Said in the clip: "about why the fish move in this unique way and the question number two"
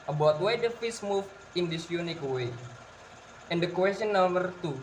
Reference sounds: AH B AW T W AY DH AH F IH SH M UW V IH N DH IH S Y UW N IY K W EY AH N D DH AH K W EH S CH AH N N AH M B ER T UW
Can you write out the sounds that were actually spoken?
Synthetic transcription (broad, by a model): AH B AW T W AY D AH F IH S M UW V IH N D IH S Y UW N IY K W EY AH N D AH K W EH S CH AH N N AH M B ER T UW